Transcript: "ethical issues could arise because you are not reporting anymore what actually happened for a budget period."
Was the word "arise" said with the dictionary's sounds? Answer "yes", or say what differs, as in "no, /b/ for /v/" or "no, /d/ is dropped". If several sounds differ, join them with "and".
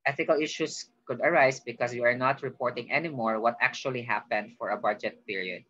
no, /s/ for /z/